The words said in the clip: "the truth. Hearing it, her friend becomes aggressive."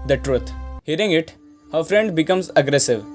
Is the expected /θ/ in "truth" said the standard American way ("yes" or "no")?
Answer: no